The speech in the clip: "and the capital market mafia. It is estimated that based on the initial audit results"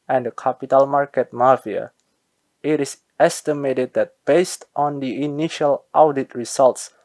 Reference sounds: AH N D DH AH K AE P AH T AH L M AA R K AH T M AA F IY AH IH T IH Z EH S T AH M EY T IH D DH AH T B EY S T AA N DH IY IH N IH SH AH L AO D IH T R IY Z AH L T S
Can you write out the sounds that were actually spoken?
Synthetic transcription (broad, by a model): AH N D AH K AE P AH T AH L M AA R K AH T M AA F IY AH IH T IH S EH S T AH M EY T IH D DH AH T B EY S T AA N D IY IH N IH SH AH L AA D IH T R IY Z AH L T S